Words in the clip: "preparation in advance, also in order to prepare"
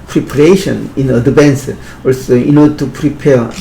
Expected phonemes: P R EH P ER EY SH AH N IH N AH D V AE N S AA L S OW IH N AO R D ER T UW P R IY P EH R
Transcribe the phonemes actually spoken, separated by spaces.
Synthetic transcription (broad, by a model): P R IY P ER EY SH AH N IH N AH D B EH N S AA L S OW IH N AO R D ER T UW P R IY P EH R